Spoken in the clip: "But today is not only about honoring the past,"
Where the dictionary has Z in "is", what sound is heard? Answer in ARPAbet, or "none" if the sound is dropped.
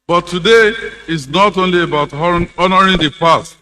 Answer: S